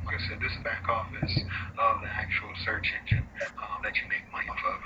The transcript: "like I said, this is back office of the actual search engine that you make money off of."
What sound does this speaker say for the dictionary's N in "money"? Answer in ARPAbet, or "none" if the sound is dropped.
none